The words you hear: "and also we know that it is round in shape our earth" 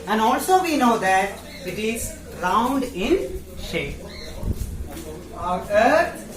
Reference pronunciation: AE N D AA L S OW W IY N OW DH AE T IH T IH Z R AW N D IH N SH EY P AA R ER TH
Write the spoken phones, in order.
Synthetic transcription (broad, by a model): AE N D AA L S OW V IY N OW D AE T IH T IH Z R AW N D IH N SH EY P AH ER